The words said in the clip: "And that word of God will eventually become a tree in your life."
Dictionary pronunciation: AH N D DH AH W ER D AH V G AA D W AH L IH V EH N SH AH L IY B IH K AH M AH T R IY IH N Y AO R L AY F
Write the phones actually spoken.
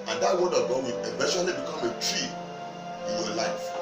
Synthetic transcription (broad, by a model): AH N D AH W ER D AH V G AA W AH N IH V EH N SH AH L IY B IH K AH M AH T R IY IH N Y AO L AY F